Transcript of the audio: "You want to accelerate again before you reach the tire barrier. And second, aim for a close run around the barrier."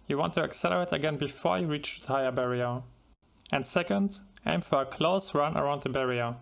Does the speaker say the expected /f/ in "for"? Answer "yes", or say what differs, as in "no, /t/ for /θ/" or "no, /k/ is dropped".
yes